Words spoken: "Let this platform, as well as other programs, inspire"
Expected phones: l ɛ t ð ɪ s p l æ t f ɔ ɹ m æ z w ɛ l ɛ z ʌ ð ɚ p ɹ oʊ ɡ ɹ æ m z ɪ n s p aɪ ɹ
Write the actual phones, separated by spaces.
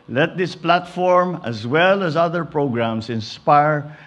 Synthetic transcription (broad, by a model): l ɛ t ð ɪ s p l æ t f ɔ ɹ m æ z w ɛ l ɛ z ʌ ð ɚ p ɹ oʊ ɡ ɹ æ m s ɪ n s p aɪ ɹ